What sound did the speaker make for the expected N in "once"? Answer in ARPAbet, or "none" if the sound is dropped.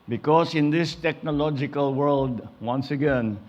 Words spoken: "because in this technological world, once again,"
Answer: N